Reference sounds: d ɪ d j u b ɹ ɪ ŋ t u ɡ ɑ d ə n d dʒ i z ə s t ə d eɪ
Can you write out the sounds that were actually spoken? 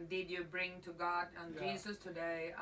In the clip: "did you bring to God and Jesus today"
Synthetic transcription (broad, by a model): d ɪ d j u b ɹ ɪ ŋ t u ɡ ɑ d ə n dʒ i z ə s t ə d eɪ